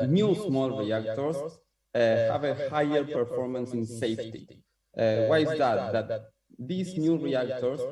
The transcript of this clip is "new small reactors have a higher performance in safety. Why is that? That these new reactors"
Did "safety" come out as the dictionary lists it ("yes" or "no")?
yes